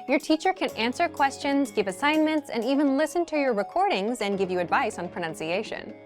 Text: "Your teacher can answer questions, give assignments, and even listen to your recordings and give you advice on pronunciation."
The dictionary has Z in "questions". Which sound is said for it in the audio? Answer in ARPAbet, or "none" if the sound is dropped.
Z